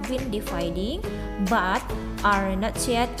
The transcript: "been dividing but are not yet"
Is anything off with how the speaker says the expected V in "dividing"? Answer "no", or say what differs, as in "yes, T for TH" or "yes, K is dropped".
yes, F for V